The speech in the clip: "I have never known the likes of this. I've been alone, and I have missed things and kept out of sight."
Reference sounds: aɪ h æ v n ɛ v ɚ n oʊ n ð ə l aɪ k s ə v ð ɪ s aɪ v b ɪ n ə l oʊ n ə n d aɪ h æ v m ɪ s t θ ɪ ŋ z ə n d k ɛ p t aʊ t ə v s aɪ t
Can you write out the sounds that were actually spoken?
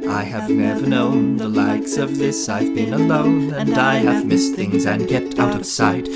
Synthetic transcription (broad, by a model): aɪ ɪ v n ɛ v ɚ n oʊ n ð ə l aɪ k s ə v ð ɪ s aɪ v b ɪ n ə l oʊ n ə n aɪ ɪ v m ɪ s θ ɪ ŋ z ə n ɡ ɛ t aʊ t ə v s aɪ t